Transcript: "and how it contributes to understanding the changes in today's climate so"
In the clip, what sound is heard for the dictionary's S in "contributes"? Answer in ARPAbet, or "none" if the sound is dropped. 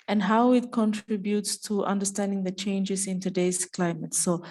S